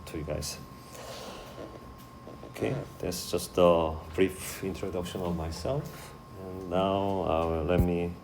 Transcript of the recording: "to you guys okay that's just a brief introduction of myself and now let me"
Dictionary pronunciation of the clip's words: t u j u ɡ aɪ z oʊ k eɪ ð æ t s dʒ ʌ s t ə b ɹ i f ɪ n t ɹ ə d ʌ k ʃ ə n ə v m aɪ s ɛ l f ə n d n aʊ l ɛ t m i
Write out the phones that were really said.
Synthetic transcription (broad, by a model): t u j u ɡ aɪ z oʊ k eɪ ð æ t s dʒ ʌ s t ə b ɹ i f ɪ n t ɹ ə d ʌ k ʃ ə n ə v m aɪ s ɛ l f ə n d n aʊ l ɛ t m i